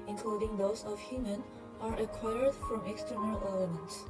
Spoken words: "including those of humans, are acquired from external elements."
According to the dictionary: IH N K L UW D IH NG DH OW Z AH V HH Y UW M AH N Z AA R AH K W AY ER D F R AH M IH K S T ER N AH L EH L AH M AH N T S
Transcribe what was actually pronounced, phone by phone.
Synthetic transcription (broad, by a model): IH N K L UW D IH NG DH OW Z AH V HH Y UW M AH N AA R AH K W AY ER D F R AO M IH K S T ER N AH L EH L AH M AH N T S